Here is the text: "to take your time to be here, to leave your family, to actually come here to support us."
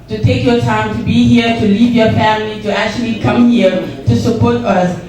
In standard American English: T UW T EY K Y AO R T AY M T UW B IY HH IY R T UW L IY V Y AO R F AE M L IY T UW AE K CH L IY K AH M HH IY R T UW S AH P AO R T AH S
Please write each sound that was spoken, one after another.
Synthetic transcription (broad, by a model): T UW T EY K Y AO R T AY M T UW B IY HH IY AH T UW L IY V Y AO R F AE M L IY T UW AE K CH L IY K AH M HH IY R T UW S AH P AO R T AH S